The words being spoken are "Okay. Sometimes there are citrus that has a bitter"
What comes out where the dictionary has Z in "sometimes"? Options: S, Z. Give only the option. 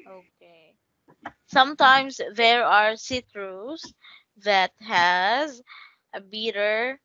S